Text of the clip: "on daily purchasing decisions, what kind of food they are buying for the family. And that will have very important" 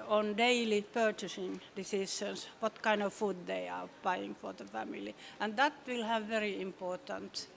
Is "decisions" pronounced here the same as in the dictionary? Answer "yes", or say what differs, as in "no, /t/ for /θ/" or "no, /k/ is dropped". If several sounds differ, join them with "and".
no, /ʃ/ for /ʒ/